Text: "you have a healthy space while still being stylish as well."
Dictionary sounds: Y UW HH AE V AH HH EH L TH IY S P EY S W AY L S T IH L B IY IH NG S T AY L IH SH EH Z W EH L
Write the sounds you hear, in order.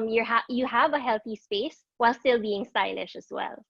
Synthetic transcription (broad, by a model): Y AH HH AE V AH HH EH L TH IY S P EY S W AY L S T IH L B IY IH NG S T AY L IH SH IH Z W EH L